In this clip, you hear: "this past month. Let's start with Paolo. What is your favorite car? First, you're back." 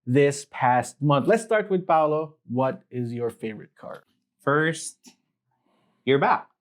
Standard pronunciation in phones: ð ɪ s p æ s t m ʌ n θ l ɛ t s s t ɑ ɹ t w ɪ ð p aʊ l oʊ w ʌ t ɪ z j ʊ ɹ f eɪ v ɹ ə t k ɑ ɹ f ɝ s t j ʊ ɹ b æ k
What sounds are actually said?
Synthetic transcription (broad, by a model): ð ɪ s p æ s t m ʌ n θ l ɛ t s s t ɑ ɹ t w ɪ ð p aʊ l oʊ w ʌ t ɪ z j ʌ ɹ f eɪ v ɹ ə t k ɑ ɹ f ɝ s t j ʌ ɹ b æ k